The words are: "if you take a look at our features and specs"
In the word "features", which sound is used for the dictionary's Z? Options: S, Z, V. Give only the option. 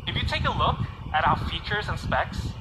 Z